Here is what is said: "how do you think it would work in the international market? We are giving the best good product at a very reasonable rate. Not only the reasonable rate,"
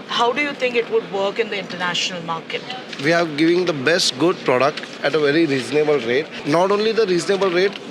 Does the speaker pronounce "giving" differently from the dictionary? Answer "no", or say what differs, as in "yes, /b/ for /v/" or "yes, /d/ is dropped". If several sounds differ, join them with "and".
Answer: no